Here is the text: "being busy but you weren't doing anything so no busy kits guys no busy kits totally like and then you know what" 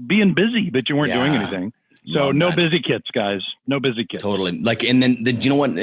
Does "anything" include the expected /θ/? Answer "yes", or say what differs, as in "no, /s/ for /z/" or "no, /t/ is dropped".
yes